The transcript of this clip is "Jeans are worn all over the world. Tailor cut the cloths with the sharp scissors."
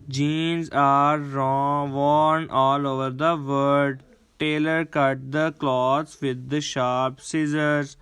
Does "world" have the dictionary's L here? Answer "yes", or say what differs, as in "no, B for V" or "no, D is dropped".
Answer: no, L is dropped